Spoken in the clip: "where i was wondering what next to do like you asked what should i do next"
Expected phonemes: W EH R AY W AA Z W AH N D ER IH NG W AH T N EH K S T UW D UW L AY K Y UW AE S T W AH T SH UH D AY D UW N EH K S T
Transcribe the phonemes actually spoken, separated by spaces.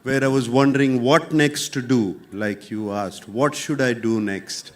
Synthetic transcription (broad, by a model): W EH R AY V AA Z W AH N D ER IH NG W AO T N EH K S T UW D UW L AY K Y UW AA S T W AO T SH UH D AY D UW N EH K S T